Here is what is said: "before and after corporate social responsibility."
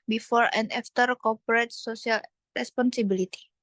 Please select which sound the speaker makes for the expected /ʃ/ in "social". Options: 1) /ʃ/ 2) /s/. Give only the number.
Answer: 2